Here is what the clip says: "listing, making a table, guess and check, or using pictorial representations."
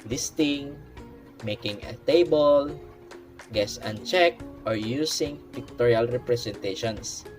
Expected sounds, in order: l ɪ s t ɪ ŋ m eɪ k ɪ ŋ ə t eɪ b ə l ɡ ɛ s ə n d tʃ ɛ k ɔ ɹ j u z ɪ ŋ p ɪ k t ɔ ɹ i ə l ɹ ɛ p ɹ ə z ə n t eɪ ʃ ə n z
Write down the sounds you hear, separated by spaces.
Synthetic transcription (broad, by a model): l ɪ s t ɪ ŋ m eɪ k ɪ ŋ ə t eɪ b ə l ɡ ɛ s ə n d tʃ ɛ k ɔ ɹ j u s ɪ ŋ p ɪ k t ɔ ɹ i ə l ɹ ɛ p ɹ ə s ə n t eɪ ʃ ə n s